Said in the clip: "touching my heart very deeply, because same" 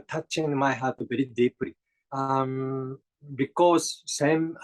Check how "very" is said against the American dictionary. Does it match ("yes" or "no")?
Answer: no